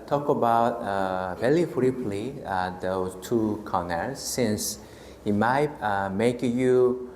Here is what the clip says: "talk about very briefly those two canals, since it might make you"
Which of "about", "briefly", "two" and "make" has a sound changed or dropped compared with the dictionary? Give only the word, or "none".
briefly